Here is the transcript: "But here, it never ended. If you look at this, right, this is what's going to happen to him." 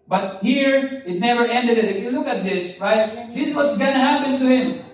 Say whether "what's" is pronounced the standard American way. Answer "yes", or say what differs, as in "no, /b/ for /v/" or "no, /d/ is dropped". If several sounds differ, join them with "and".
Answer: yes